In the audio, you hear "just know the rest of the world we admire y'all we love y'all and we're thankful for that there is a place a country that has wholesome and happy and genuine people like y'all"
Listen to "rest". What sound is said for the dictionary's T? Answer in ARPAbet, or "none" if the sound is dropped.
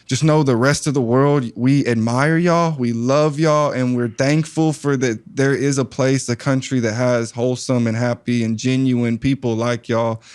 T